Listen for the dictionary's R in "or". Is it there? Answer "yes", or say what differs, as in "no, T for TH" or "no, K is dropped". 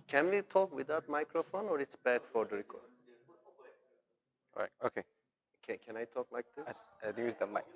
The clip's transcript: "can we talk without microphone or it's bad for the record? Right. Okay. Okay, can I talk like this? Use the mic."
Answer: yes